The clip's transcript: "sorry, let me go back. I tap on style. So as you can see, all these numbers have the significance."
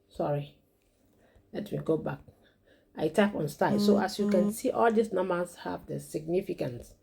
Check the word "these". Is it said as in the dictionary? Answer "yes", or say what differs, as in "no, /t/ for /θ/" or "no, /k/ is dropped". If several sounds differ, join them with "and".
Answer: no, /s/ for /z/